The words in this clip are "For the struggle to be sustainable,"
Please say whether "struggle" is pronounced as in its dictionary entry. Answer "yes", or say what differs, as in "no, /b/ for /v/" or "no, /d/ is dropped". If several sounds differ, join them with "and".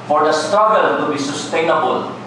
no, /ɹ/ is dropped